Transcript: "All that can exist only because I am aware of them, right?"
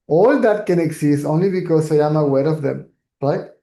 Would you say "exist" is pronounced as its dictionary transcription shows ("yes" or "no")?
no